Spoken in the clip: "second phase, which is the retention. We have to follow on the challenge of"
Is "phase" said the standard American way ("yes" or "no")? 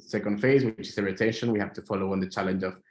yes